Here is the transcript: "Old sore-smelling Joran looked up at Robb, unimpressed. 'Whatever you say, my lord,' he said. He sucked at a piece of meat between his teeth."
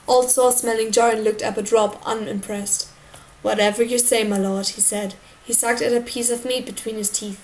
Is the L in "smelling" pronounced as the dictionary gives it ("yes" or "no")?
yes